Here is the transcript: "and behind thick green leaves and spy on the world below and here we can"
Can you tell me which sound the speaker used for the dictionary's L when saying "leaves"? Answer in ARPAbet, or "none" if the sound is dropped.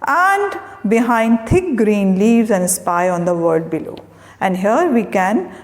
L